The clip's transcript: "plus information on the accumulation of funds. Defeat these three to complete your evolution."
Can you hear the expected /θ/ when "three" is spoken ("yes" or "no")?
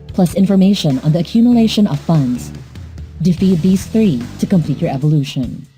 yes